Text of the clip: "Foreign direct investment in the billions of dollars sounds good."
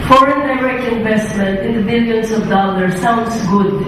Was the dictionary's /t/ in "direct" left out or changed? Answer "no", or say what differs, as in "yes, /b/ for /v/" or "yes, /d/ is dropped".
yes, /t/ is dropped